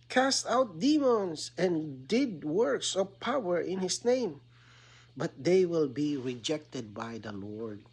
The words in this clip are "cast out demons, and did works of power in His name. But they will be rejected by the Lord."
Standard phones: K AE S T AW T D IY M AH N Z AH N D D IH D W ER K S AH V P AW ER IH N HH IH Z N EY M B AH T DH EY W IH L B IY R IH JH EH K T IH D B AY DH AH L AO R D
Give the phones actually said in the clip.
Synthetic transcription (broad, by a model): K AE S T AW T D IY M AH N S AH N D D IH D W ER K S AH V P AW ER IH N HH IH S N EY M B AH T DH EY W IH L B IY R IH JH EH K T IH D B AY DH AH L AO R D